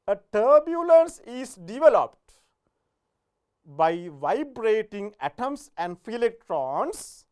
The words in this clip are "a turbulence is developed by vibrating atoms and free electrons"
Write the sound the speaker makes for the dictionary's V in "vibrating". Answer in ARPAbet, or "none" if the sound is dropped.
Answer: V